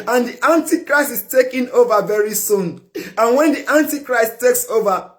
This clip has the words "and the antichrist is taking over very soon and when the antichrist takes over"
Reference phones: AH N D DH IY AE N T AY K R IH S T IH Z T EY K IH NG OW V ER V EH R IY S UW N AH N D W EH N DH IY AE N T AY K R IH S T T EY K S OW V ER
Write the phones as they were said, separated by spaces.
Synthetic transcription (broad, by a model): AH N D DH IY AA N T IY K R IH S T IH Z T EY K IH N OW V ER V EH R IY S UW N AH N W EH N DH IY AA N T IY K R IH S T T EY K S OW V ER